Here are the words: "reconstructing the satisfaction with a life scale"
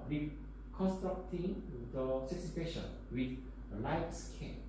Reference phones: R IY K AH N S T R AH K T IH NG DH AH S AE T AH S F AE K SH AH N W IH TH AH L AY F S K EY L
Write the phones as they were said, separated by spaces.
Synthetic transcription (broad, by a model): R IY K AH N S T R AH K T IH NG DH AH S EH S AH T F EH SH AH N W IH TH AH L AY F S K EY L